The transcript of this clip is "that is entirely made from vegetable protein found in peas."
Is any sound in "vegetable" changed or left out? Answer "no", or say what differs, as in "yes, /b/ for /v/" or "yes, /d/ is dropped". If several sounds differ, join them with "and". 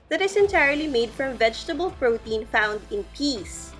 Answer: no